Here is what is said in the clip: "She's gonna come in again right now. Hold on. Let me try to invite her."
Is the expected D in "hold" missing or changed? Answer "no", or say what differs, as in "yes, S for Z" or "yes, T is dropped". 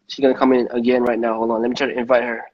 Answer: yes, D is dropped